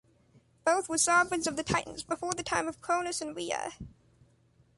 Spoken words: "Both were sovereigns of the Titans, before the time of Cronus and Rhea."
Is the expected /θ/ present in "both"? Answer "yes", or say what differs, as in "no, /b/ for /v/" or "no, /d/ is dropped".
yes